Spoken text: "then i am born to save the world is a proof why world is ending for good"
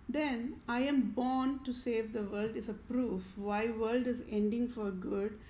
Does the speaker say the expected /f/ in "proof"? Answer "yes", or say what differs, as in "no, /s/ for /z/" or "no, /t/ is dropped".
yes